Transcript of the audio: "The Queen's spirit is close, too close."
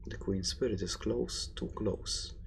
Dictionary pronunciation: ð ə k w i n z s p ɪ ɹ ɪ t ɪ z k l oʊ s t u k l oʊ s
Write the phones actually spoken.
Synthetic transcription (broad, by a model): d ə k w i n s p ɪ ɹ ɪ t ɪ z k l oʊ s t u k l oʊ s